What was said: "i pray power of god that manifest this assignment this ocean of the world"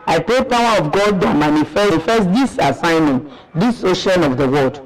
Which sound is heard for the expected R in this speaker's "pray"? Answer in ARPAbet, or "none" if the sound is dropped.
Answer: none